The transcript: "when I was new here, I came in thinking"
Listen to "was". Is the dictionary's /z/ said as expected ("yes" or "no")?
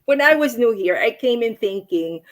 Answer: yes